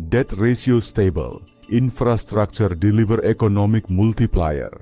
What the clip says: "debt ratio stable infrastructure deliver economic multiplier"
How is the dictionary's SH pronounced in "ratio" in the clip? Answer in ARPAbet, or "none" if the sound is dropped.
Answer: S